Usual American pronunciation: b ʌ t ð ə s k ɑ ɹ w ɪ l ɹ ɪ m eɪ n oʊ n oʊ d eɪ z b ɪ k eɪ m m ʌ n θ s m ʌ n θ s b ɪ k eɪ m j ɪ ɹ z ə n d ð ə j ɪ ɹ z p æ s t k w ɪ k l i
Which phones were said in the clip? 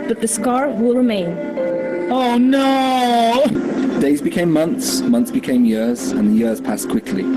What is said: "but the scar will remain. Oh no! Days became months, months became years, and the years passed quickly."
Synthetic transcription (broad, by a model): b ʌ t ð ə s k ɑ ɹ w ɪ l ɹ ɪ m eɪ n oʊ n oʊ d eɪ z b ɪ k eɪ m m ʌ n θ s m ʌ n θ s b ɪ k eɪ m j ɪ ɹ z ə n ð ə j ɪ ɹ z p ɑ s k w ɪ k l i